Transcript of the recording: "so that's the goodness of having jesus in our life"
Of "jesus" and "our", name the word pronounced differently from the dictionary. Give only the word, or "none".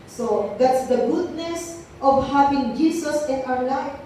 jesus